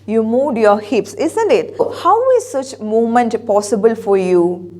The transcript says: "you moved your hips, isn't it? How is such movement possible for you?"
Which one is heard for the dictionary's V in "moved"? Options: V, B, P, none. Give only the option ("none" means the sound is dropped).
none